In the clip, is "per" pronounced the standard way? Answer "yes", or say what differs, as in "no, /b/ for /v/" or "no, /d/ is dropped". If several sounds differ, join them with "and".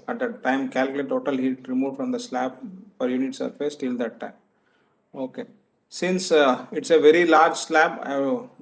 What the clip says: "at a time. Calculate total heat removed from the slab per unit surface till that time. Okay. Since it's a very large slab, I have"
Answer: no, /f/ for /p/